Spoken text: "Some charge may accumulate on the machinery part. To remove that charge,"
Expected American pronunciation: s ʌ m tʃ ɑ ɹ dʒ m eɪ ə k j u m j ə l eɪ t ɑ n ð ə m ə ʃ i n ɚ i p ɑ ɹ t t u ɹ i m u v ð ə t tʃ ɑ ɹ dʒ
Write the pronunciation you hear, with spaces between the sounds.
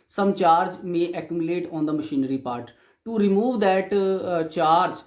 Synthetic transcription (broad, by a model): s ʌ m tʃ ɑ ɹ dʒ m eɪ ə k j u m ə l eɪ t ɑ n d ə m ə ʃ i n ɚ i p ɑ ɹ t t u ɹ i m u v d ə t tʃ ɑ ɹ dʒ